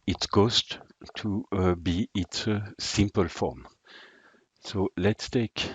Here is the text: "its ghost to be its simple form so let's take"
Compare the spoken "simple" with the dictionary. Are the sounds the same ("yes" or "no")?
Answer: yes